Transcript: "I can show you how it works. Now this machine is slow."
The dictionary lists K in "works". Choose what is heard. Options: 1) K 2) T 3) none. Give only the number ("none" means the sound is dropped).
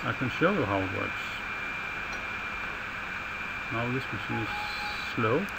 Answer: 3